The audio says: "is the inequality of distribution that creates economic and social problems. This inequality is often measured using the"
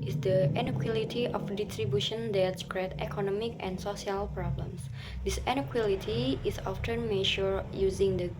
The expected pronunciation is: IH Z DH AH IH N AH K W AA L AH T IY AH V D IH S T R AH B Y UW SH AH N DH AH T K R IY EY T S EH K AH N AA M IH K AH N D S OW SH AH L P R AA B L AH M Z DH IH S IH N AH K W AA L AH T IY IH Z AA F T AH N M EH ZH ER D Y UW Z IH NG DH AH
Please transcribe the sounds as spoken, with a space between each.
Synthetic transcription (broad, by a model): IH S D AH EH N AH K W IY L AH T IY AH F D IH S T R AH B Y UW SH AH N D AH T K R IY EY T EH K AH N AA M IH K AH N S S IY AH L P R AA B L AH M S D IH S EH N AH K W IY L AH T IY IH S AA F T AH N M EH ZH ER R Y UW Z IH NG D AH